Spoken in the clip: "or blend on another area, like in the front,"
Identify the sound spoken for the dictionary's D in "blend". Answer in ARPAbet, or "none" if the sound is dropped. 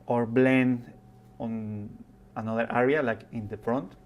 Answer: none